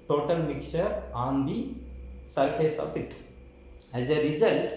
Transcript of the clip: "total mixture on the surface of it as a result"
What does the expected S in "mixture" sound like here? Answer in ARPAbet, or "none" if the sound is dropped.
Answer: none